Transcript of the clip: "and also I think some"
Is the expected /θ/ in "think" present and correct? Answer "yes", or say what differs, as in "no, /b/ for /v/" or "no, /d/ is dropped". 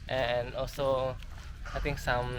no, /t/ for /θ/